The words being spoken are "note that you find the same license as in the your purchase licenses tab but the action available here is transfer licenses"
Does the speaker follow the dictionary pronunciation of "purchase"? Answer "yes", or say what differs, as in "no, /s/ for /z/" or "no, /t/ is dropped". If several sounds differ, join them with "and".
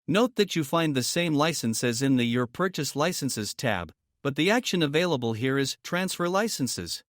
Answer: yes